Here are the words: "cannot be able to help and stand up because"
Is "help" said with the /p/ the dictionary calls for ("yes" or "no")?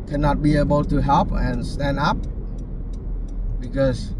yes